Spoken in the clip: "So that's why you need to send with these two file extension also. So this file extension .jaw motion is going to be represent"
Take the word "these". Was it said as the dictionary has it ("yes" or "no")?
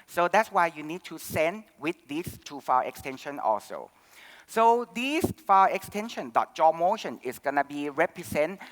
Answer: no